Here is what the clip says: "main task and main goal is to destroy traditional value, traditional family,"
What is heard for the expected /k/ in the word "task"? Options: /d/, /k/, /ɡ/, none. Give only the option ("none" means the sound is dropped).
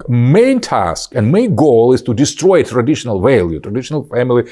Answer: /k/